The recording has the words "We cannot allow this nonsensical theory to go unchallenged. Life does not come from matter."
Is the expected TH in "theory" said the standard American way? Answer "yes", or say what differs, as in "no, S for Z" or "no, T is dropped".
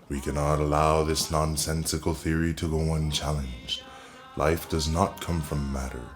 yes